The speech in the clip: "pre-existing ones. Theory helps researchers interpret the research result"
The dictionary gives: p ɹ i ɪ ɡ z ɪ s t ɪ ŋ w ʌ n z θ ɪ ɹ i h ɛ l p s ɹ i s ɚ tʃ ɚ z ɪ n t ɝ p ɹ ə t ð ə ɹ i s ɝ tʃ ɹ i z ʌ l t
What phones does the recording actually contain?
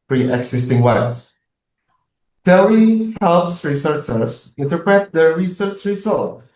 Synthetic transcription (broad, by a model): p ɹ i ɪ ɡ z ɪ s t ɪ ŋ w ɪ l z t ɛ w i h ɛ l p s ɹ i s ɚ tʃ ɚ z ɪ n t ɝ p ɹ ə t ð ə ɹ i s ɝ tʃ ɹ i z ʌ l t